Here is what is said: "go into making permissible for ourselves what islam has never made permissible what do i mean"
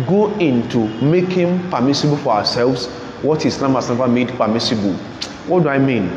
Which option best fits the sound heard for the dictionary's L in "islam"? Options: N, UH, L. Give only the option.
N